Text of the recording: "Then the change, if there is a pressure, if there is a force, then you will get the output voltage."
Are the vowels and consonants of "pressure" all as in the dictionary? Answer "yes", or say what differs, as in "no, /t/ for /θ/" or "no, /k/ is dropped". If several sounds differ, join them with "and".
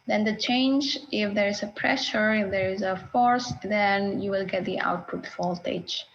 yes